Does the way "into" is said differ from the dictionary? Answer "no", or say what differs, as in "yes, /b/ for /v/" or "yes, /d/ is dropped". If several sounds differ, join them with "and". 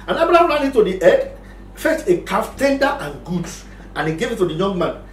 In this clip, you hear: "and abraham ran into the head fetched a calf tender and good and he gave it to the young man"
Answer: yes, /n/ is dropped